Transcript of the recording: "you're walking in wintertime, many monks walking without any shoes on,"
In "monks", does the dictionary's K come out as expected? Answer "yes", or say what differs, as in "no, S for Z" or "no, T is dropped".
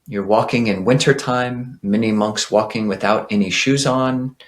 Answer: yes